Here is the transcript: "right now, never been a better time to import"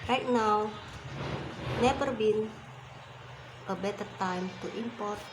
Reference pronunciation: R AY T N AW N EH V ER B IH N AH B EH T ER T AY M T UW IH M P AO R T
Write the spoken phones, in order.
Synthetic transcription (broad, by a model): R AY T N AW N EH P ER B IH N AH B EH T ER T AY M T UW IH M P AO R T